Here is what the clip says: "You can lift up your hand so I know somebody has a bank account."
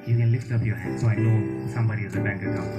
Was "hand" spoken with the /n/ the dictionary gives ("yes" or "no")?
no